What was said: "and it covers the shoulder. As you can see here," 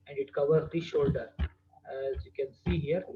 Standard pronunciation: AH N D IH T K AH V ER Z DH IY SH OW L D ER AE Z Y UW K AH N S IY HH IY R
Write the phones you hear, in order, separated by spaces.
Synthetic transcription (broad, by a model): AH N D IH T K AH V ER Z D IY SH OW L D ER AE Z Y UW K AH N S IY HH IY R